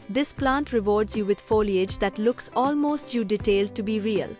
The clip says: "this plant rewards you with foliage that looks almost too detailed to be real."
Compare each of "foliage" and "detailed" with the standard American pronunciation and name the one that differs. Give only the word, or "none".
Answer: none